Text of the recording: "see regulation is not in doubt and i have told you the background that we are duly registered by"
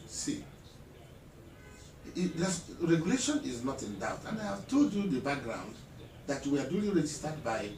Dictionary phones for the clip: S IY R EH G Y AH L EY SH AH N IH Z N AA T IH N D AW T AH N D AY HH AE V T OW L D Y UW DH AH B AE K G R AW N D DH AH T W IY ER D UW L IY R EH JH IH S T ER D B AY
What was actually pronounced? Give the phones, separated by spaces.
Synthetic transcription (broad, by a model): S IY R EH G Y AH L EY SH AH N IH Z N AA T IH N D AW T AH N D AY HH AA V T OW D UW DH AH B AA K G R AW N D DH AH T W IY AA D UW L IY R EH JH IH S T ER D B AY